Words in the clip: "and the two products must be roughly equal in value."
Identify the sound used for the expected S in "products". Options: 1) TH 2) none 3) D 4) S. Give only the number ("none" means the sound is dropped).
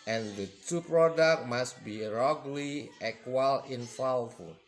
2